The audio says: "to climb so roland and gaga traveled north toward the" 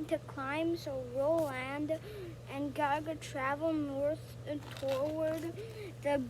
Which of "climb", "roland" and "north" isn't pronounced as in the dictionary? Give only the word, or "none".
none